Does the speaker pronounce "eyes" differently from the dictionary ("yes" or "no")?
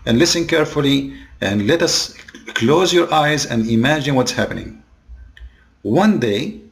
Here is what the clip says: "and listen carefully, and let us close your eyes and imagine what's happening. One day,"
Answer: no